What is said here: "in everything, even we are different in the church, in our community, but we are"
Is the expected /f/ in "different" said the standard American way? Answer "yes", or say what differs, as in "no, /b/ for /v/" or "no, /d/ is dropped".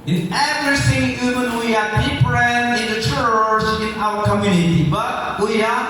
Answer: no, /p/ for /f/